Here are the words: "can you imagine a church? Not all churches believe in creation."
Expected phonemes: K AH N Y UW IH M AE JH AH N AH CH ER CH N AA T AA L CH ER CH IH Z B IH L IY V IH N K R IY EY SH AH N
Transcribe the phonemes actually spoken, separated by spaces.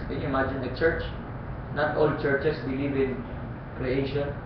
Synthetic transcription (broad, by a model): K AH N Y UW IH M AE JH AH N AH CH ER CH N AA T AA L CH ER CH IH S B IH L IY V IH N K R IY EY SH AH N